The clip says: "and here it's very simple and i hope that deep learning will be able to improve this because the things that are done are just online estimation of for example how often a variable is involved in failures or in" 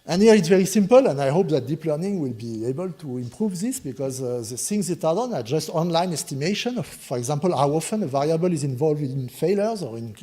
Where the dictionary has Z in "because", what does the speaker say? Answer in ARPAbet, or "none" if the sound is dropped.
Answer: Z